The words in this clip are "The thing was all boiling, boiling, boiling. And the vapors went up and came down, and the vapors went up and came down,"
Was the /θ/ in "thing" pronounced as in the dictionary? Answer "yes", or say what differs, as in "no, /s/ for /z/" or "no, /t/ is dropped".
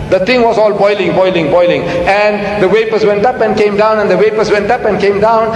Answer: no, /t/ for /θ/